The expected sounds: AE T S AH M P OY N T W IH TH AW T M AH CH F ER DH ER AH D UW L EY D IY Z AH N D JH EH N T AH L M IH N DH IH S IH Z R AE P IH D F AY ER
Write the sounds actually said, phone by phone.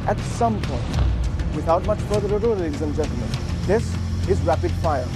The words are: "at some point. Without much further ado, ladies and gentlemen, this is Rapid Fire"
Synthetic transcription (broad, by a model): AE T S AH M P OY N T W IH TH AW T M AH CH F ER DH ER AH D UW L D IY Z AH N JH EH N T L M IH N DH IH S IH Z R AE P IH D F AY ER